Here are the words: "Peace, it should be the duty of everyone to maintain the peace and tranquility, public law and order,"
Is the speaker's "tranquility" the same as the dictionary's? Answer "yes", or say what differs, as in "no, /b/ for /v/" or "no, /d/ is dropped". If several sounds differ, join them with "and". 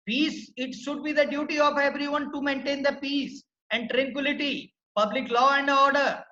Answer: yes